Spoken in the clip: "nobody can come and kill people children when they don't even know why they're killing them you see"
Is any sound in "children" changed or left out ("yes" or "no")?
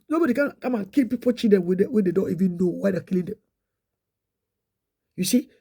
yes